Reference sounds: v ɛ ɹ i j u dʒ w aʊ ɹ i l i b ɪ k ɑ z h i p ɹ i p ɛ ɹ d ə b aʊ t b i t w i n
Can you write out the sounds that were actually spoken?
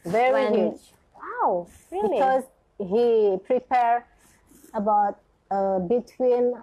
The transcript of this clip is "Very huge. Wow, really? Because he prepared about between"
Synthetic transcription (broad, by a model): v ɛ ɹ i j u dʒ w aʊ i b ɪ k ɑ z h i p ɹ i p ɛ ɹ ə b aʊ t b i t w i n